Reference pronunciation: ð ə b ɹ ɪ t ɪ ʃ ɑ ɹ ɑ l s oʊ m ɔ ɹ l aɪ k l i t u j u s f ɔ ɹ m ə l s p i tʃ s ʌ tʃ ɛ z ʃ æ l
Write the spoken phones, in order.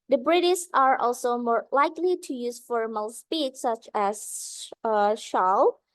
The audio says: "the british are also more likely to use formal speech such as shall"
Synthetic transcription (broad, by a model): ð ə b ɹ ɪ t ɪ s ɑ ɹ ɑ l s oʊ m ɔ ɹ l aɪ k l i t u j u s f ɔ ɹ m ə l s p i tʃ s ʌ tʃ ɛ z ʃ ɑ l